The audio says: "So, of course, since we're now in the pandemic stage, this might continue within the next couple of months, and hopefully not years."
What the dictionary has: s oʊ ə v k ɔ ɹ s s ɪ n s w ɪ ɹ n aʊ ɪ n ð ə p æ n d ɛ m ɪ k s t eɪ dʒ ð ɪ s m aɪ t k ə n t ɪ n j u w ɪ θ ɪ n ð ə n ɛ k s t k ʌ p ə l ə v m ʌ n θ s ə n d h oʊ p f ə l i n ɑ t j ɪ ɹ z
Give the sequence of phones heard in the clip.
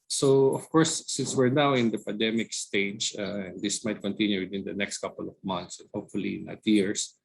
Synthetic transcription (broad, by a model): s oʊ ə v k ɔ ɹ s s ɪ n s w ɪ ɹ n aʊ ɪ n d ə p æ n d ɛ m ɪ k s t eɪ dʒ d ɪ s m aɪ t k ə n t ɪ n j u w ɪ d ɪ n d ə n ɛ k s t k ʌ p ə l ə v m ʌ n t s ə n h oʊ p f ə l i n ɑ t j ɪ ɹ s